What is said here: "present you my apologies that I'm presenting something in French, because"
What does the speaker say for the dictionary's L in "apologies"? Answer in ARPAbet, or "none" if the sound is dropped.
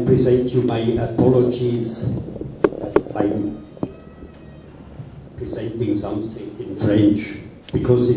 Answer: L